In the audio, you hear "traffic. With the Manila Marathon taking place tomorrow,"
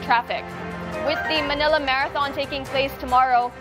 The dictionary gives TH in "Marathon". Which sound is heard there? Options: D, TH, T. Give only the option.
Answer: TH